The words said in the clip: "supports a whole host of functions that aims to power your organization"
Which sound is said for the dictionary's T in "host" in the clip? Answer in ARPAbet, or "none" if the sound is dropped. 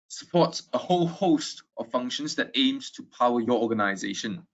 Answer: T